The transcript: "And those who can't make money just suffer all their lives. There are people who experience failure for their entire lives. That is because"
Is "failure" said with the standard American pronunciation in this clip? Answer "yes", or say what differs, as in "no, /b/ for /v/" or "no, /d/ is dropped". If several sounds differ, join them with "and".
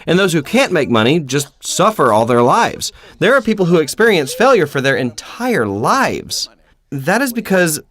yes